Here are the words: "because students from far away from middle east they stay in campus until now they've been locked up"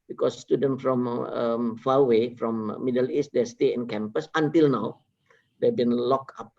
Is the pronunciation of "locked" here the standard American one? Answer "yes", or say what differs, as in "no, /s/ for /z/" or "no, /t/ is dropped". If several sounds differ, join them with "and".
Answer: no, /t/ is dropped